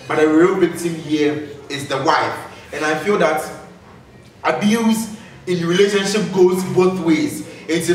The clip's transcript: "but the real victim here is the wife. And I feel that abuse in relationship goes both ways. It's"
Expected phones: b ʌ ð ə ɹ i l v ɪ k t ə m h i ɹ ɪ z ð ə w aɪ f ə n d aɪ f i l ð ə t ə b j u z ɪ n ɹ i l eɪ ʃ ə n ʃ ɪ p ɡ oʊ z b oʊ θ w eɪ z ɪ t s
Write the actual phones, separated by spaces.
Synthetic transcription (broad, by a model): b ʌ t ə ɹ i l b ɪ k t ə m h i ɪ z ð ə w aɪ f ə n aɪ f i l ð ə t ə b j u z ɪ n ɹ i l eɪ ʃ ə n ʃ ɪ p ɡ oʊ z b oʊ θ w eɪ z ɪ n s